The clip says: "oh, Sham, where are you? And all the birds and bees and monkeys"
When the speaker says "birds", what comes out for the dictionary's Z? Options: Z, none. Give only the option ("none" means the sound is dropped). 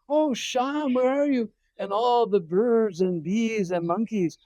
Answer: Z